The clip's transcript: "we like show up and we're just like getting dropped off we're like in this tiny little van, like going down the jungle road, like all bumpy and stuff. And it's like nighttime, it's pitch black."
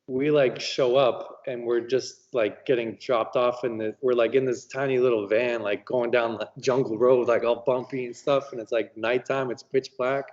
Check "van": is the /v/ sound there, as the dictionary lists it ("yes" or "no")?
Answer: yes